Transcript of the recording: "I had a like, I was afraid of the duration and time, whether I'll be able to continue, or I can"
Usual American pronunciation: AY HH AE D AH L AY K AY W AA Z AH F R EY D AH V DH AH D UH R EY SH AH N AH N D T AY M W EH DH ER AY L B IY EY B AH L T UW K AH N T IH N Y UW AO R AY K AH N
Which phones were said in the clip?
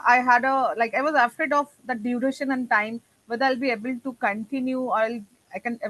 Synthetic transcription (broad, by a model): AY HH AE D AH L AY K AY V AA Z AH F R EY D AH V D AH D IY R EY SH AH N AH N D T AY M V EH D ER AY L B IY EY B AH L T UW K AH N T IH N Y UW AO L AY K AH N